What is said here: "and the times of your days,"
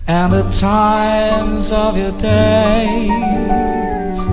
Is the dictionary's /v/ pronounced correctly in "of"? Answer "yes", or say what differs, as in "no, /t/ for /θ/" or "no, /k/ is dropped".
yes